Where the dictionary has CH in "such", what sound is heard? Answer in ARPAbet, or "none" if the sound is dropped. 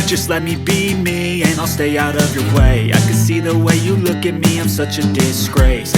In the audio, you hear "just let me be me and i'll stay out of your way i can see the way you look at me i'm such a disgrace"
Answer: CH